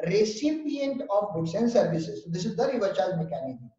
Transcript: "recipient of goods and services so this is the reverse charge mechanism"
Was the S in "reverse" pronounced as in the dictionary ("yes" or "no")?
no